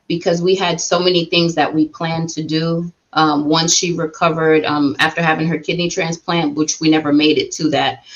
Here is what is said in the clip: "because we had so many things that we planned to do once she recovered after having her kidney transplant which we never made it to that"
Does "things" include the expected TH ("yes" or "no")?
yes